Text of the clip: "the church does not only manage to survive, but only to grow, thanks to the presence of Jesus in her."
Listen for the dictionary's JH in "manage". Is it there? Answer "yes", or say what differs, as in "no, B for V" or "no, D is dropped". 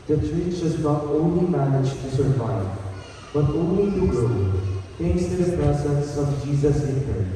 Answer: yes